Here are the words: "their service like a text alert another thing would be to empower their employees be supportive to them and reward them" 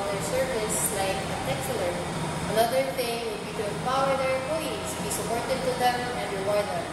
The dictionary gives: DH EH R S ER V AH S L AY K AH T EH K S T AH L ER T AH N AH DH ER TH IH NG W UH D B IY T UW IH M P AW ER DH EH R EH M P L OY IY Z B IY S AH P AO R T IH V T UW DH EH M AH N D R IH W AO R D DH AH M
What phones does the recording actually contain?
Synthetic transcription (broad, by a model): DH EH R S ER V AH S L AY K AH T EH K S AH L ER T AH N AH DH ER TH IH NG W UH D B IY T UW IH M P AW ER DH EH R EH P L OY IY S B IY S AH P AO R T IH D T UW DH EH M AH N D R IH W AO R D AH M